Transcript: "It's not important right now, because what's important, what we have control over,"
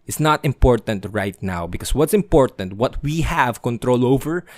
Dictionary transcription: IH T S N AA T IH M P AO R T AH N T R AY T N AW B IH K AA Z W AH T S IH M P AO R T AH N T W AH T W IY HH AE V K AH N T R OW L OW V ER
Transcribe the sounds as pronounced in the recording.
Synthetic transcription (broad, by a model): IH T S N AA T IH M P AO R T AH N T R AY T N AW B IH K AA S W AH T S IH M P AO R T AH N T W AH T W IY HH AE V K AH N T R OW L OW V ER